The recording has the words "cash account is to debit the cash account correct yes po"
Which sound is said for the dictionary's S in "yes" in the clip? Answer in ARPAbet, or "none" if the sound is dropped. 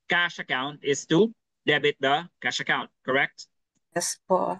S